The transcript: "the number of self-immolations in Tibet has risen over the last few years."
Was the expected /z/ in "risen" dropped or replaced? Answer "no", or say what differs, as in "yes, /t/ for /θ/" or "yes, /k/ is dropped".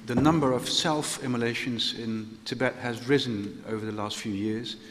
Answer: no